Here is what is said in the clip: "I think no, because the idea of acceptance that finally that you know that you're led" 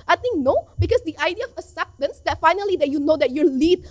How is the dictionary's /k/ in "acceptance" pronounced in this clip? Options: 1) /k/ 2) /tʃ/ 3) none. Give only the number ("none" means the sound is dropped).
3